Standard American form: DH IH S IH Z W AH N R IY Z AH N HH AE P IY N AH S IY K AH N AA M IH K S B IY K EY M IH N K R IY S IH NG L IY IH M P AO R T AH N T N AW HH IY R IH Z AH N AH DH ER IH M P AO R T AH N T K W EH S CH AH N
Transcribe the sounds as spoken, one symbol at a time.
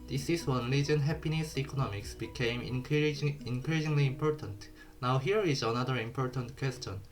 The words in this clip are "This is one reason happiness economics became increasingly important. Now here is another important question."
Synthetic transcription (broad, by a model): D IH S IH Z W AH N L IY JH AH N HH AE P IY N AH S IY K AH N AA M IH K S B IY K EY M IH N K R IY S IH NG L IY M P AO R T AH N T N AW HH IY R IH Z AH N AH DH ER IH M P AO R T AH N T K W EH S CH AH N